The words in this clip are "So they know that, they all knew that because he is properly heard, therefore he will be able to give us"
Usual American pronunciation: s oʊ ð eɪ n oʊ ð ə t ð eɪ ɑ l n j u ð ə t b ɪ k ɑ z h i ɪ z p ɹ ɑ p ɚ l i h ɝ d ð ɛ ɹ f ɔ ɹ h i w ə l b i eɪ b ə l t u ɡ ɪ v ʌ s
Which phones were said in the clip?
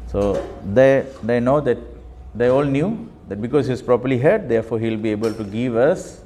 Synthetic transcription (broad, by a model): s oʊ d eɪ n oʊ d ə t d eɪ ɑ l n j u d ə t b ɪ k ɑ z h i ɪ s p ɹ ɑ p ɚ l i h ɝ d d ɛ f ɔ h i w l b i eɪ b ə l t u ɡ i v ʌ s